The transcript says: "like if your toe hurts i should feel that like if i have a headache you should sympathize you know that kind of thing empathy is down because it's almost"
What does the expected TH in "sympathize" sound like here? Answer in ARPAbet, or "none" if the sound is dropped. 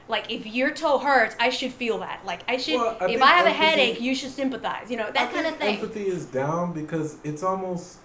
TH